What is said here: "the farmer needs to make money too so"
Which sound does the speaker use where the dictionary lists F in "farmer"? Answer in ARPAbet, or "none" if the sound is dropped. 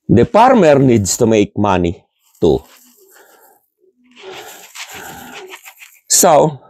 P